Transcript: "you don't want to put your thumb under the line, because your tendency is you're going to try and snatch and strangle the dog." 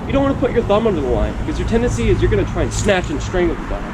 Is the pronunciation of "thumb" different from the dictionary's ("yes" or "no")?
no